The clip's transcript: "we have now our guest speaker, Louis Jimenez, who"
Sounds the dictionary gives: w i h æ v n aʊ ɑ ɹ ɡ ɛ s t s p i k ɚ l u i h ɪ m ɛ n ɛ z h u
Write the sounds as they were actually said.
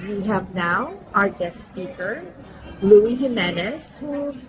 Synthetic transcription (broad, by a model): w i h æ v n aʊ ɑ ɹ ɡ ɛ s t s p i k ɚ l u i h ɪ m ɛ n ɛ s h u